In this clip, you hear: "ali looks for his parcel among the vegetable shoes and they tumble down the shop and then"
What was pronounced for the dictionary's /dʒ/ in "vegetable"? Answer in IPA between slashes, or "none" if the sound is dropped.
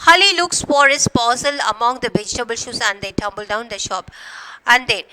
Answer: /dʒ/